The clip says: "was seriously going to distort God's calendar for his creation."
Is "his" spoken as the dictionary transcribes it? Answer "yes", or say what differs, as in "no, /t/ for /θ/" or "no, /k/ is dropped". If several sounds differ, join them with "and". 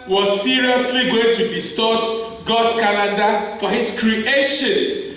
no, /s/ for /z/